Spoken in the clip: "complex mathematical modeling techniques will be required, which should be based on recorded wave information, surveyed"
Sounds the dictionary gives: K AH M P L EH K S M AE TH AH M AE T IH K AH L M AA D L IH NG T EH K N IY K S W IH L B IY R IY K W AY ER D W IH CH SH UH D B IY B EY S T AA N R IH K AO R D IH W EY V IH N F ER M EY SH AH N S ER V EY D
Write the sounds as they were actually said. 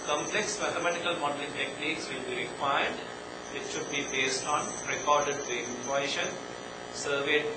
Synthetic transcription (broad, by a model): K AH M P L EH K S M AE T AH M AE T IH K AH L M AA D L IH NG T EH K N IY K S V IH L B IY R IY K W AY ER D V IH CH SH UH D B IY B EY S T AA N R IH K AO R D IH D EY IH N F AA EY SH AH N S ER V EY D